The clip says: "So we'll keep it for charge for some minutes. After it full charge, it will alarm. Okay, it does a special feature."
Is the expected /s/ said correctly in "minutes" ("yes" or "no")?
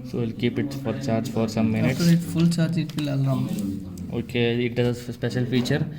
no